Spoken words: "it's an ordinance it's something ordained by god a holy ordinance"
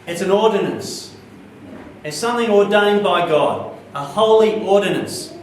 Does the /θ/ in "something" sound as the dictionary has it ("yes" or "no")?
yes